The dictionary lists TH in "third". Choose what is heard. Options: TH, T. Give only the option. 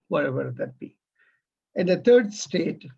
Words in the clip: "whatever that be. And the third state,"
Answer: T